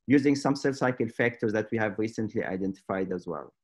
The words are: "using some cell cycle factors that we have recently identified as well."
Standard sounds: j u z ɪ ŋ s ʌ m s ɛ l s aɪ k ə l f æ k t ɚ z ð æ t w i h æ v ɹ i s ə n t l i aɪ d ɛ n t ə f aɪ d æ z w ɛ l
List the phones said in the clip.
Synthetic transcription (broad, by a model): j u z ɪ ŋ s ʌ m s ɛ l s aɪ k ə l f æ k t ɚ z ð æ t w i h æ v ɹ i s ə n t l i aɪ d ɛ n t ə f aɪ d æ z w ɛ l